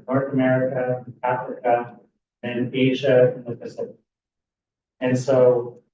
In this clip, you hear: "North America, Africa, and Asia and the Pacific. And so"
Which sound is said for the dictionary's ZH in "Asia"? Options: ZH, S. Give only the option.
ZH